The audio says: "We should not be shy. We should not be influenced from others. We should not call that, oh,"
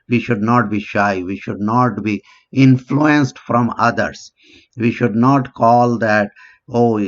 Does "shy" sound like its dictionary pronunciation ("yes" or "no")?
yes